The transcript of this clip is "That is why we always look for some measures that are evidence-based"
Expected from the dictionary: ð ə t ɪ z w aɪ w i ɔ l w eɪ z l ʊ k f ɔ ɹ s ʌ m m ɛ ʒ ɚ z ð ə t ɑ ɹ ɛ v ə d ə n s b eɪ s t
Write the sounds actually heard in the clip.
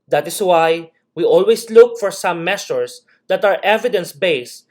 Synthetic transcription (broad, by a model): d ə t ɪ s w aɪ w i ɔ l w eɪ s l ʊ k f ɔ ɹ s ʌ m m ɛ s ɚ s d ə t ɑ ɹ ɛ v ə d ə n s b eɪ s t